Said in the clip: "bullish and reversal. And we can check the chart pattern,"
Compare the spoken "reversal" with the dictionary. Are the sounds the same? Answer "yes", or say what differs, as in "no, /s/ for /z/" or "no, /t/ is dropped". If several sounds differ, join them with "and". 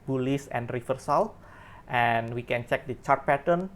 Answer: no, /f/ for /v/